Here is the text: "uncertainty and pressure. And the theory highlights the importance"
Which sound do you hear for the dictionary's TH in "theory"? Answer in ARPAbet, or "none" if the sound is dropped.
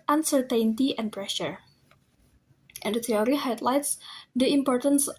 T